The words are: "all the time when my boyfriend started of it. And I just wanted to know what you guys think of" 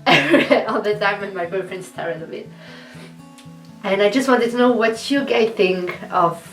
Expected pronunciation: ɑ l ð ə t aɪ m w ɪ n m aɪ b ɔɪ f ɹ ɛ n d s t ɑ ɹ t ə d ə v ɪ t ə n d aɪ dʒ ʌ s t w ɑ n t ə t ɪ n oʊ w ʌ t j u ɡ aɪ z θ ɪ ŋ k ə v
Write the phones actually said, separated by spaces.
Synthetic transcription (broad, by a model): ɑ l ð ə t aɪ m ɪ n m aɪ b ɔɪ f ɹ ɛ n s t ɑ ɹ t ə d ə b ɪ t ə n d aɪ dʒ ʌ s t w ɑ n t ə t ɪ n oʊ w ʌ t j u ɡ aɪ θ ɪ ŋ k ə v